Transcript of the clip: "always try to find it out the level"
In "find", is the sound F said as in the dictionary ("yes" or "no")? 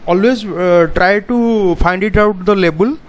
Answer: no